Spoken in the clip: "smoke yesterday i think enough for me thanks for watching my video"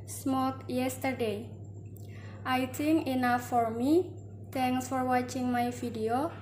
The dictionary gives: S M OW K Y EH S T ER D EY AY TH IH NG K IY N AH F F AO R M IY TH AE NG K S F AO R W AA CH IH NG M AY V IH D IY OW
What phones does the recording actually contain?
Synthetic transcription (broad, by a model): S M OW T Y EH S T ER D EY AY T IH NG IY N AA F F AO R M IY T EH NG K S F AO R W AA CH IH NG M AY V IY D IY OW